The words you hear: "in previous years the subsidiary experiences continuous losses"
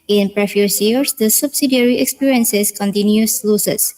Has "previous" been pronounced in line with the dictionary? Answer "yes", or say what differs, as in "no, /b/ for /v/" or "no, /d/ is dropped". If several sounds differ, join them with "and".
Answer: no, /f/ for /v/